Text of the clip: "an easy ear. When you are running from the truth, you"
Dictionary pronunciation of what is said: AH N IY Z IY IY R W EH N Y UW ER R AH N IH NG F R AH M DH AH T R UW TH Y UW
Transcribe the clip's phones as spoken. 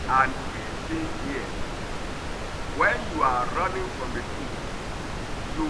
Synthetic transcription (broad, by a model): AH N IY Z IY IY W EH N Y UW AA R AH N IH NG F R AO M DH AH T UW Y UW